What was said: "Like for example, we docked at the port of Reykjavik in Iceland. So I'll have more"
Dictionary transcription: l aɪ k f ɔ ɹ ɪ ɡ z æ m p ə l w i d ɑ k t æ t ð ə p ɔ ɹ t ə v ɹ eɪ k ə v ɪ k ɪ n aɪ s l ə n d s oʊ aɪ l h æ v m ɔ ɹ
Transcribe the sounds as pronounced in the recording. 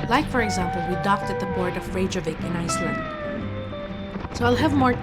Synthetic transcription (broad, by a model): l aɪ k f ɔ ɹ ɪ ɡ z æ m p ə l w i d ɑ k t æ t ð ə b ɔ ɹ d ə v ɹ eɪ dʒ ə v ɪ k ɪ n aɪ s l ə n d s oʊ aɪ l h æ v m ɔ ɹ